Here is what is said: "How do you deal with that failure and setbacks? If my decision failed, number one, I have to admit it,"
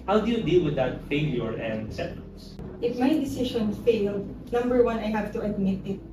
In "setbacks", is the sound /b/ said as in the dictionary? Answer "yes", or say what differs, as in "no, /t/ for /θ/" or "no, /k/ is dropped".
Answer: no, /b/ is dropped